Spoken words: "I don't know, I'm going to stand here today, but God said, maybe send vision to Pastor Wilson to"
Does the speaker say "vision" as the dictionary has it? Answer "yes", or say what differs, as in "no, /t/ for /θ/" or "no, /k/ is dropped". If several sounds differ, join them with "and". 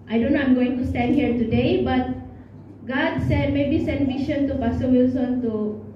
no, /ʃ/ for /ʒ/